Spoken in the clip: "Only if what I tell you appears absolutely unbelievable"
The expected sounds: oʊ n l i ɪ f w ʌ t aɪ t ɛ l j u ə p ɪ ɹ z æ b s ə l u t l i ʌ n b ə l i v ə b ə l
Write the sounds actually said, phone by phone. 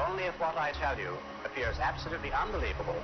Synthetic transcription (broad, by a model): oʊ n l i ɪ f w ʌ t aɪ t ɛ l j u ə p ɪ ɹ z æ b s ə l u t l i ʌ n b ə l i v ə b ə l